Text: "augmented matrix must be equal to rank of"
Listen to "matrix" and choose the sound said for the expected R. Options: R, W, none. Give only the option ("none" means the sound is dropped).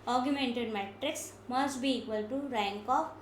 R